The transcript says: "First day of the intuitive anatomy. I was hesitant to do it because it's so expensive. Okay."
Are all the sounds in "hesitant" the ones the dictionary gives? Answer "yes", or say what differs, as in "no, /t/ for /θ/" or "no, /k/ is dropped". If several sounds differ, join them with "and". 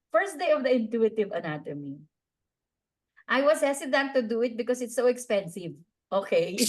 no, /s/ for /z/